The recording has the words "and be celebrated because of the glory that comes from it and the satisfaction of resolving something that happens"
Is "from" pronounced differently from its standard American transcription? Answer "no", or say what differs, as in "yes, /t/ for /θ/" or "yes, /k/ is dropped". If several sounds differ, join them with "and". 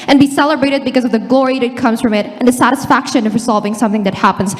no